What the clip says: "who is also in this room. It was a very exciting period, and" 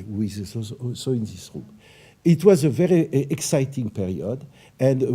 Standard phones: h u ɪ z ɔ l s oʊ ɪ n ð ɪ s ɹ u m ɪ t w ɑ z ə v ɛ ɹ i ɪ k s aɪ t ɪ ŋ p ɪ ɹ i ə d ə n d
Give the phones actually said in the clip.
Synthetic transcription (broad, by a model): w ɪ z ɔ s oʊ ɪ n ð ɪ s ɹ u m ɪ t w ɑ z ə v ɛ ɹ i ɪ k s aɪ t ɪ ŋ p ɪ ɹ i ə d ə n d